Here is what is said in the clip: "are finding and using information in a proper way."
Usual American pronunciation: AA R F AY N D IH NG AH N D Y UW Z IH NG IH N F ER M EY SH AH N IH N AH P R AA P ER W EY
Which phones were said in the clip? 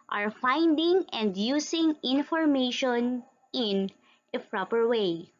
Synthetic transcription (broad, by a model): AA R F AY N D IH NG AH N D Y UW S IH NG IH N F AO M EY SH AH N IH N AH P R AA P ER W EY